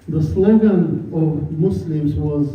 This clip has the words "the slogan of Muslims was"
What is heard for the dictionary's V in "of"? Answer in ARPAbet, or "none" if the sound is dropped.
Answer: V